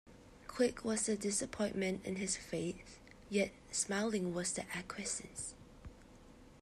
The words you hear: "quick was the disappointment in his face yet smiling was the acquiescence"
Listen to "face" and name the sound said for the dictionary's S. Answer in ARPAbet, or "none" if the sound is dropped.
TH